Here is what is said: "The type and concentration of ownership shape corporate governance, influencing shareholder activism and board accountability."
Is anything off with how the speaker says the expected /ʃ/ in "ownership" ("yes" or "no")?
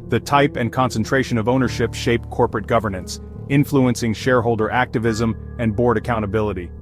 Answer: no